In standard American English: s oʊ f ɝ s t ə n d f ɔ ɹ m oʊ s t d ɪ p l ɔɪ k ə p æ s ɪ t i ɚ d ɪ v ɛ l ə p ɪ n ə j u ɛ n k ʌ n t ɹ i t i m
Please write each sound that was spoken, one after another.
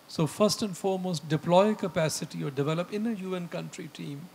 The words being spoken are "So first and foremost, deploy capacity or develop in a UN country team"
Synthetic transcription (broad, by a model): s oʊ f ɝ s t ə n d f ɔ ɹ m oʊ s t d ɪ p l ɔɪ k ə p æ s ɪ t i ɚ d ɪ v ɛ l ə p ɪ n ə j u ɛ n k ʌ n t ɹ i t i m